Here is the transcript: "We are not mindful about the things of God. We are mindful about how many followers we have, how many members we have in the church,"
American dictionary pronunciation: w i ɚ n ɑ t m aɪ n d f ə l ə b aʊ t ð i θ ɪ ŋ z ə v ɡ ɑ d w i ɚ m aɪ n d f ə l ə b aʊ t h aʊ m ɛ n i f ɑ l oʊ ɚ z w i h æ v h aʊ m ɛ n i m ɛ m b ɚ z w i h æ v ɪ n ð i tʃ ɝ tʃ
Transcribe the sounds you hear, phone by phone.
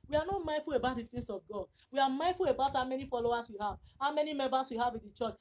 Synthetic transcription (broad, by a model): w i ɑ n ɑ t m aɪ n f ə l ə b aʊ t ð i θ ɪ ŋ s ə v ɡ ɑ d w i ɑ m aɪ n f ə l ə b aʊ t h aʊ m ɛ n i f ɑ l oʊ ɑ s w i h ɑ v h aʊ m ɛ n i m ɛ m b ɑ s w i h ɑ v ɪ n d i tʃ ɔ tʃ